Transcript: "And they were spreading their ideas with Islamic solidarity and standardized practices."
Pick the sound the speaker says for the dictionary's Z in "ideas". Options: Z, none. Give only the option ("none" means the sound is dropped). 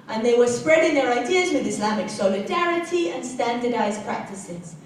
Z